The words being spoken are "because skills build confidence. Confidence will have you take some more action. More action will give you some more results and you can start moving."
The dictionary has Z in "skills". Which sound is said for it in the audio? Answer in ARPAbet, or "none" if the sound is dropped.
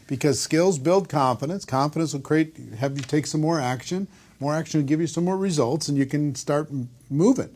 Z